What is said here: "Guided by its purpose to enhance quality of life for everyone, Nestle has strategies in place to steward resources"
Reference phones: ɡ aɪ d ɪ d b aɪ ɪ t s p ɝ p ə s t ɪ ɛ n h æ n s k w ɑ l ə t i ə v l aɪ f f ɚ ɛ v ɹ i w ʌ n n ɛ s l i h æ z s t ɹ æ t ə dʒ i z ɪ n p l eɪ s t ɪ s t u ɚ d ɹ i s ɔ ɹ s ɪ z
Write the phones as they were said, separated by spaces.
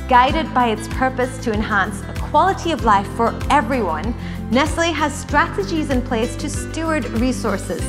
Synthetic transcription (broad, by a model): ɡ aɪ d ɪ d b aɪ ɪ t s p ɝ p ə s t ɪ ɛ n h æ n s k w ɑ l ə t i ə v l aɪ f f ɚ ɛ v ɹ i w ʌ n n ɛ s l i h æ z s t ɹ æ t ə dʒ i z ɪ n p l eɪ s t ɪ s t u ɚ d ɹ i s ɔ ɹ s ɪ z